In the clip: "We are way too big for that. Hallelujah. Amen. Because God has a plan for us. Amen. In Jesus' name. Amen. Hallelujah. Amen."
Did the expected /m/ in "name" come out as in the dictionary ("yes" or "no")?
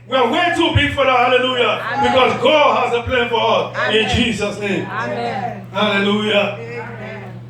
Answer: no